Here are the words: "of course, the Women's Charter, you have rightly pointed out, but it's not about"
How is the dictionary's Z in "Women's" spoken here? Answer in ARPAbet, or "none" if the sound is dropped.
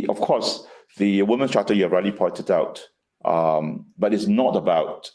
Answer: none